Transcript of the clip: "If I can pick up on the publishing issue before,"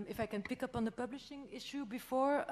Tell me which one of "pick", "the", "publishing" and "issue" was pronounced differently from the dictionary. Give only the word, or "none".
none